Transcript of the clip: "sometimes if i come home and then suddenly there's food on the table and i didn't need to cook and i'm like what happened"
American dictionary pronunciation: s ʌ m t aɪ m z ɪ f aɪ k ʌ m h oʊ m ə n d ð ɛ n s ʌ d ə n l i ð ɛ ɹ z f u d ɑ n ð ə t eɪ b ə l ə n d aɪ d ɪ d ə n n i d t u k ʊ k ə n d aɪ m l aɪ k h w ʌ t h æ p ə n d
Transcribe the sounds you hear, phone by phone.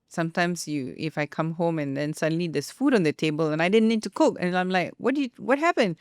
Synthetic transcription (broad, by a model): s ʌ m t aɪ m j ɪ f aɪ k ʌ m h oʊ m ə n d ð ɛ n s ʌ d ə n l i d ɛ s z f u d ɑ n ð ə t eɪ b ə l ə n aɪ d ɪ d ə n n i d t u k ʊ k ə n aɪ m l aɪ k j w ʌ t h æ p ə n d